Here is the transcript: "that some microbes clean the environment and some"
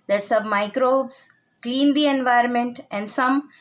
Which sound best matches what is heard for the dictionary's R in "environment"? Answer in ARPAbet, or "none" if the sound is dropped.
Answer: R